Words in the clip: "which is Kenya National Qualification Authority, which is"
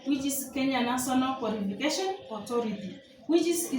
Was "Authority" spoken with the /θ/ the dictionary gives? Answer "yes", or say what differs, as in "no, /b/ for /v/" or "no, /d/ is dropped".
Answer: no, /t/ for /θ/